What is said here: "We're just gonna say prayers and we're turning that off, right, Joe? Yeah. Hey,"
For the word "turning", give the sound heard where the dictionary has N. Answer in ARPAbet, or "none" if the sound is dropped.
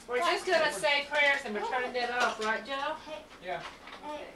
none